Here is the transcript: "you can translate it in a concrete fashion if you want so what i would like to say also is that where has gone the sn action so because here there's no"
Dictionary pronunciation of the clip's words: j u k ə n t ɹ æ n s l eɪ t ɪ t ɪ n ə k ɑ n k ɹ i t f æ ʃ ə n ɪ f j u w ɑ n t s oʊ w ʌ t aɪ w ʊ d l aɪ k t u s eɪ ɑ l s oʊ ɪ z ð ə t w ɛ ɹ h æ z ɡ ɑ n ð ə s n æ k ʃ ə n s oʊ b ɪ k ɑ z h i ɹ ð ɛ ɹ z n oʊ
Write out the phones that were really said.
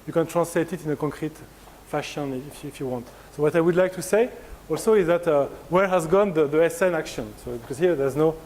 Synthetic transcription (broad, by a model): j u k ə n t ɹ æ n s l eɪ t ɪ t ɪ n ə k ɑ k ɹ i t f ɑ ʃ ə n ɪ f j u w ɑ n t s oʊ w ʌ t aɪ w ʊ d l aɪ k t u s eɪ ɑ l s oʊ ɪ z ð ə t w ɛ ɹ h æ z ɡ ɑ n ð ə s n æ k ʃ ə n s oʊ b ɪ k ɑ z h i ɹ ð ɛ ɹ z n oʊ